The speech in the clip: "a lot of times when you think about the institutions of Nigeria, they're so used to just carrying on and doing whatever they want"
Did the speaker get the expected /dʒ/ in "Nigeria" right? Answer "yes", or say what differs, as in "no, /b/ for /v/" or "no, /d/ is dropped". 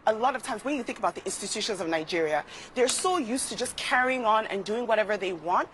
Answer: yes